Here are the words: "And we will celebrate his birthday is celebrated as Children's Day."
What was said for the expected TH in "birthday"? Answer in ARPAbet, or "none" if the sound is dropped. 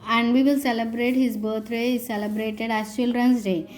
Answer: T